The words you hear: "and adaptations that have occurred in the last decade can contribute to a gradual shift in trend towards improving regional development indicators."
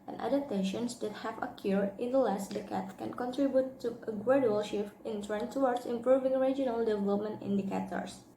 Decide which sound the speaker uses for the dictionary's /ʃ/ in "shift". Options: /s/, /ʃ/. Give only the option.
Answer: /ʃ/